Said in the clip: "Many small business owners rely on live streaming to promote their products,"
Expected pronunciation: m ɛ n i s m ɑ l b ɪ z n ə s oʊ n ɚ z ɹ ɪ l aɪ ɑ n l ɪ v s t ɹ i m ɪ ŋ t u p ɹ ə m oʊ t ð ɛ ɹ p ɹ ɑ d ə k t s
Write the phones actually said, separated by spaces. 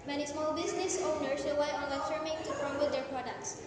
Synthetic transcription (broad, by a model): m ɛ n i s m ɑ l b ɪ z n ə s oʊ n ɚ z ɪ w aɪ ɑ n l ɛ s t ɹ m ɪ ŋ t u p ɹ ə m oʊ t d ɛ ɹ p ɹ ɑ d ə k t s